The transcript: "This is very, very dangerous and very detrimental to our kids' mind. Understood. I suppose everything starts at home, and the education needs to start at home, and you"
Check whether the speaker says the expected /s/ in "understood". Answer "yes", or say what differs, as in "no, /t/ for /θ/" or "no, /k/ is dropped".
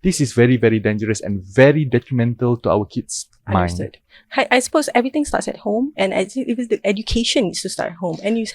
no, /s/ is dropped